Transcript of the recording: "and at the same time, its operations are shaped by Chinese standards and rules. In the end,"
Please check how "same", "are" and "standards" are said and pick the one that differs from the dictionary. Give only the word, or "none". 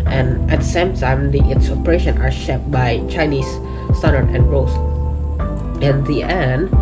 standards